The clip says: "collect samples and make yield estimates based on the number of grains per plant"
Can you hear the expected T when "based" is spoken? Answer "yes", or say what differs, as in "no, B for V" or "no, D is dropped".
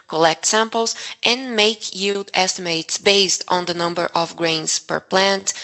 yes